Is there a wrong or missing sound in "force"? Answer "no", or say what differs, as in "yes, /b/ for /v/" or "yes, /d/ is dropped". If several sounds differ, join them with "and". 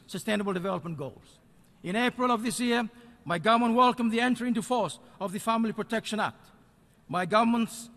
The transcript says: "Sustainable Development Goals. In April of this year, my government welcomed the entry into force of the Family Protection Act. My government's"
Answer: no